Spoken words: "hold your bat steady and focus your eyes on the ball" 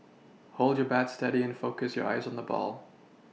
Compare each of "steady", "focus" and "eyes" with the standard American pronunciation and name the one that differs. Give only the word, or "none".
none